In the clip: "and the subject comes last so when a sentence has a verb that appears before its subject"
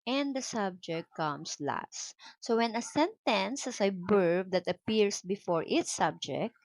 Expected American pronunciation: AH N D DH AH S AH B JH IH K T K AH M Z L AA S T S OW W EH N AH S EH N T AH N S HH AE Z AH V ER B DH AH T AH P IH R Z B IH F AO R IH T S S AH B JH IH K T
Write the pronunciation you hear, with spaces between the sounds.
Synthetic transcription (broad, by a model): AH N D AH S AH B JH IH K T K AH M S L AA S T S OW W EH N AH S EH N T AH N S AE S AH B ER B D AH T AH P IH R S B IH F AO R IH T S S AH B JH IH K T